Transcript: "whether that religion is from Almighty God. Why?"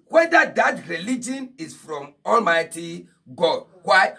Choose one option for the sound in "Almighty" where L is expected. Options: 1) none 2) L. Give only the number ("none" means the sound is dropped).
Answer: 2